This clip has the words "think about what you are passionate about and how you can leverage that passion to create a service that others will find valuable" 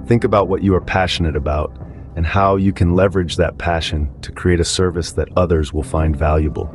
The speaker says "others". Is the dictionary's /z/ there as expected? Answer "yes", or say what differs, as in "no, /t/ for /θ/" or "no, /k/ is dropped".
yes